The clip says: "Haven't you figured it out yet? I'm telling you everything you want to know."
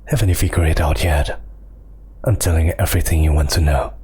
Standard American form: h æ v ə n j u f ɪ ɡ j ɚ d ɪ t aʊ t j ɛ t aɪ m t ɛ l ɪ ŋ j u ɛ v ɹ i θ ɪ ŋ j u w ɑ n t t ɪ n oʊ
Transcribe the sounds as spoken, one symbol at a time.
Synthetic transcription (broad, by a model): h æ v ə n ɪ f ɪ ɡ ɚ ɪ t aʊ t j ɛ t aɪ m t ɛ l ɪ ŋ ɛ v ɹ i θ ɪ ŋ j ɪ w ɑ n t t ɪ n oʊ